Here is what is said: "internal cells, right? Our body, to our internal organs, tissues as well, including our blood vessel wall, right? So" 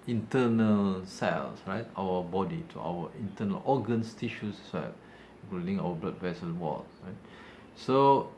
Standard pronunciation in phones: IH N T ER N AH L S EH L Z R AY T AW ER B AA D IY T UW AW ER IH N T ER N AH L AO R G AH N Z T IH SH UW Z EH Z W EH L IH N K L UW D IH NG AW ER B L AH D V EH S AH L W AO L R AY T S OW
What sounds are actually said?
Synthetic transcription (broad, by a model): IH N T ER N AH L S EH L S R AY T AW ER B AA D IY T UW AW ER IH N T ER N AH L AO G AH N S T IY SH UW S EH S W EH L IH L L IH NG AW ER B L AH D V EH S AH N W AO L R AY T S OW